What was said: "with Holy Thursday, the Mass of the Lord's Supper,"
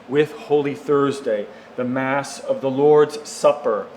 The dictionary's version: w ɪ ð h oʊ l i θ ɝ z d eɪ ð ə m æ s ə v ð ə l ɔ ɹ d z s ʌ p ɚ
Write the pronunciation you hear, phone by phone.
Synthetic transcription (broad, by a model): w ɪ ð h oʊ l i θ ɝ z d eɪ ð ə m æ s ə v ð ə l ɔ ɹ d z s ʌ p ɚ